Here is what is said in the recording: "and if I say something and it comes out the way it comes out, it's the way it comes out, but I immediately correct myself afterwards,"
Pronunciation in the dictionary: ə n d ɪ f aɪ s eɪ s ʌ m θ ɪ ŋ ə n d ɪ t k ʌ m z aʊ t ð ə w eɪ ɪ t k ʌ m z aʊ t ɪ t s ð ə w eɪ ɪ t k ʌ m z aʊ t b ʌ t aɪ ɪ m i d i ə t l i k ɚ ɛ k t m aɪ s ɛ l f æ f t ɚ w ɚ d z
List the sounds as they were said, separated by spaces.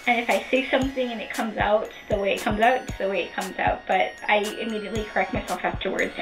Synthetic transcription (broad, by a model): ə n ɪ f aɪ s eɪ s ʌ m θ ɪ ŋ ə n ɪ t k ʌ m z aʊ t ð ə w eɪ ɪ t k ʌ m z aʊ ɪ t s ð ə w eɪ ɪ t k ʌ m z aʊ t b ʌ t aɪ ɪ m i d i ə t l i k ɚ ɛ k t m aɪ s ɛ l f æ f t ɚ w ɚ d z